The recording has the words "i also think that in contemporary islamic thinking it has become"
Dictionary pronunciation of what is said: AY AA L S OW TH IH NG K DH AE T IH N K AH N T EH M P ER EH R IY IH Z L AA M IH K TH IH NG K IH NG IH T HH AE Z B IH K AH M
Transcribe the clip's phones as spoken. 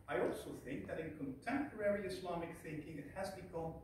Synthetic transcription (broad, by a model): AY AA L S OW TH IH NG K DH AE T IH N K AH N T EH M P ER EH R IY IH S L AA M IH K TH IH NG K IH NG IH T HH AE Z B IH K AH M